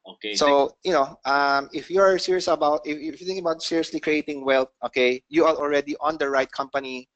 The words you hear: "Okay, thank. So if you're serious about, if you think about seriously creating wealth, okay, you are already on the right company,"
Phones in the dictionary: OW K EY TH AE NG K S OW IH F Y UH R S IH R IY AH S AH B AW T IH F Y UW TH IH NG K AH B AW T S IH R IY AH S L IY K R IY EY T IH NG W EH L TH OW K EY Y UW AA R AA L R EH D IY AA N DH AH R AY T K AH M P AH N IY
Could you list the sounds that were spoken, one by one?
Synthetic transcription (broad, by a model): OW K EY S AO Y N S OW IH F Y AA R S IH R IY AH S AH B AW T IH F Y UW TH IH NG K AH B AW T S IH R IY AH S L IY K R IY EY T IH NG W EH L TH OW K EY Y UW AA R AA L R EH D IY AA N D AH R AY T K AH M P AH N IY